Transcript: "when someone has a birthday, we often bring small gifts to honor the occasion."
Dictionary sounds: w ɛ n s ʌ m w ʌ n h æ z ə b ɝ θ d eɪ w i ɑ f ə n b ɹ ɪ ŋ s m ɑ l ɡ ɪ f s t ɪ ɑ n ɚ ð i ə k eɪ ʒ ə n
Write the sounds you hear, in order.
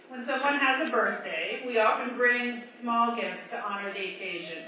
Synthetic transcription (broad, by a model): w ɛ n s ʌ m w ʌ n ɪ z ə b ɝ θ d eɪ w i ɑ f ə n b ɹ ɪ ŋ s m ɑ l ɡ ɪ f s t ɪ ɑ n ɚ ð i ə k eɪ ʒ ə n